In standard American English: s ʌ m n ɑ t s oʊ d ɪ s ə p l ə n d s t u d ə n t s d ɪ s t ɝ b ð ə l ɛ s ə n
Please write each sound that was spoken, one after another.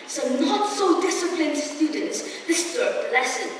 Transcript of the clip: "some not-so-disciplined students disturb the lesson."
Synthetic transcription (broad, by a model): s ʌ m n ɑ t s oʊ d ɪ s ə p l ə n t s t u d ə n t s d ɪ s s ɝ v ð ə l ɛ s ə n